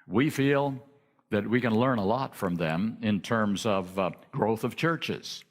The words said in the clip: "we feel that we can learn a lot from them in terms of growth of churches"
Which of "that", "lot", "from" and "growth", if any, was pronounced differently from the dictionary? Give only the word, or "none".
none